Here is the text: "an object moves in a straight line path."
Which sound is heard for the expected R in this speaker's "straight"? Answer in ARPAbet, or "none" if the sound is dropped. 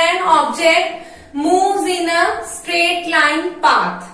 R